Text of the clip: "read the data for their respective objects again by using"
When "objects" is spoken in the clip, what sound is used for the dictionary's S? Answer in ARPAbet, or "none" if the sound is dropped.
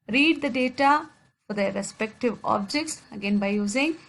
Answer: S